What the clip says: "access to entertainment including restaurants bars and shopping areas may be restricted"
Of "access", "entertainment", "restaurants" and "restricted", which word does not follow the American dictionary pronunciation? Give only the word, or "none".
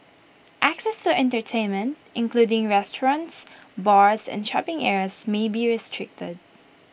none